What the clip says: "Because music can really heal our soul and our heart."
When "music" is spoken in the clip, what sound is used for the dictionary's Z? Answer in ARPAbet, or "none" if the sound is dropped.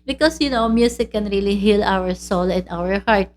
S